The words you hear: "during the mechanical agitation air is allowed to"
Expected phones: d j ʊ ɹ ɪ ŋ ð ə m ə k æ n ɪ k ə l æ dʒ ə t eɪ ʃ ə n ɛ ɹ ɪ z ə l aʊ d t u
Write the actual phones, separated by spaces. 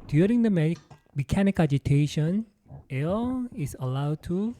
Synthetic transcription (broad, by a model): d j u ɹ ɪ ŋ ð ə m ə k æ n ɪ k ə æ dʒ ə t eɪ ʃ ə n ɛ l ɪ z ə l aʊ d t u